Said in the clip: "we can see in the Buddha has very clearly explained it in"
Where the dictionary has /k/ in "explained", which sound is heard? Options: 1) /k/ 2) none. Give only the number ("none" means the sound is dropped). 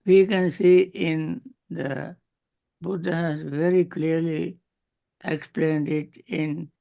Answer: 1